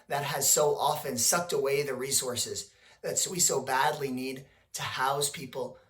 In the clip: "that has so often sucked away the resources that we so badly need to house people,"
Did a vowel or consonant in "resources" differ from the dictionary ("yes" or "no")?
no